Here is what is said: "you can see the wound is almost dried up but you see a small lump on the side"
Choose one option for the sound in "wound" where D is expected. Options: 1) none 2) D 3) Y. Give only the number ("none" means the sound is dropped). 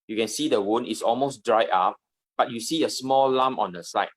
1